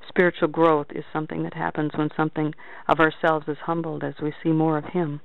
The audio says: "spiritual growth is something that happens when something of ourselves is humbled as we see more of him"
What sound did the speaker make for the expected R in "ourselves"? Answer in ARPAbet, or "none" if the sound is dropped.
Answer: R